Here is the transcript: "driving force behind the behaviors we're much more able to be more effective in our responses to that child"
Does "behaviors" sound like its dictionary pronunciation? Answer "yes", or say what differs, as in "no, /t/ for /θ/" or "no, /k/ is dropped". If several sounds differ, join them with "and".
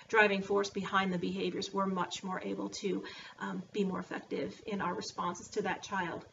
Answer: yes